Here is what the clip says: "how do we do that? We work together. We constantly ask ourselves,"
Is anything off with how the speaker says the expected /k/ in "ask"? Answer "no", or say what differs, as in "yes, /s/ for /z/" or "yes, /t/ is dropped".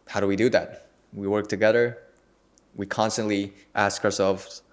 no